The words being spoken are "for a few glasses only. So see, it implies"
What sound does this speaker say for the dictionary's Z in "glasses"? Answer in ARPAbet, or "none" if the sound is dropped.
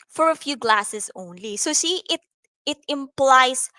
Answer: S